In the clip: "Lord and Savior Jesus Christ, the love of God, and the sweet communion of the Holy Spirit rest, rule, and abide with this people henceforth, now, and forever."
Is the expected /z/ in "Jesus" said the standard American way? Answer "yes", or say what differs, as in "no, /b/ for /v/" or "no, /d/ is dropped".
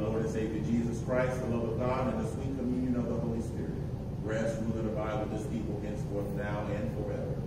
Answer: yes